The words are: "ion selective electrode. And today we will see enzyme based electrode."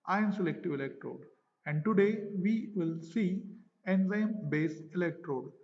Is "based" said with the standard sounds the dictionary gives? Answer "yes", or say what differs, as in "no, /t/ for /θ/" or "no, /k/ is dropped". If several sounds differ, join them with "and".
no, /t/ is dropped